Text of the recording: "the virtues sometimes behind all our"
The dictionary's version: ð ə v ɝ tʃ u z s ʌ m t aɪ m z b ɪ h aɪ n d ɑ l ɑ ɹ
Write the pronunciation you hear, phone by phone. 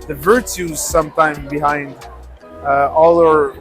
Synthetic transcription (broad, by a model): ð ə v ɝ tʃ u z s ʌ m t aɪ m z b ɪ h aɪ n d ɑ l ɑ ɹ